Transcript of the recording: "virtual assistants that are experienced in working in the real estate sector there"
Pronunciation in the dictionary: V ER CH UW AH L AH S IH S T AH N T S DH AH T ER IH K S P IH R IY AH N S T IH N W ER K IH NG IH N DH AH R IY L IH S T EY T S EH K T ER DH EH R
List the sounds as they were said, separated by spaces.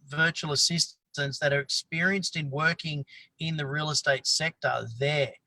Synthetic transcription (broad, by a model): V ER CH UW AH L AH S IH S T AH N T S DH AH T ER IH K S P IH R IY AH N S T IH N W ER K IH NG IH N DH AH R IY L IH S T EY T S EH K T ER DH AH R